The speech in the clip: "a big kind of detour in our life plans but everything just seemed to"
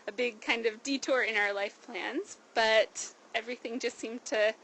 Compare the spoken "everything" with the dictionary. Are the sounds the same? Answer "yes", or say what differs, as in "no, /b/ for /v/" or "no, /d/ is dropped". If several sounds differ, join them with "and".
yes